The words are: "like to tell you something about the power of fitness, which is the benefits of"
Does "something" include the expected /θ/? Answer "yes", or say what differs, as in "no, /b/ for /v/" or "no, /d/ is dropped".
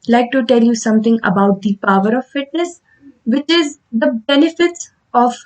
no, /t/ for /θ/